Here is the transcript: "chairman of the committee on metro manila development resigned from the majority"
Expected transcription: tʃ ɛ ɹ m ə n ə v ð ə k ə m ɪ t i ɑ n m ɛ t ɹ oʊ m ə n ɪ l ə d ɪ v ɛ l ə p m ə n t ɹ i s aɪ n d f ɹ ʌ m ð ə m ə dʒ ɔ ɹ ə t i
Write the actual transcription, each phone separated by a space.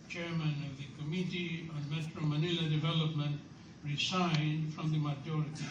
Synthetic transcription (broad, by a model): tʃ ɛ ɹ m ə n ə v ð ə k ə m ɪ t i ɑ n m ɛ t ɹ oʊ m ə n ɪ l ə d ɪ v ɛ l ə p m ə n t ɹ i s aɪ n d f ɹ ʌ m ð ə m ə dʒ ɔ ɹ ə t i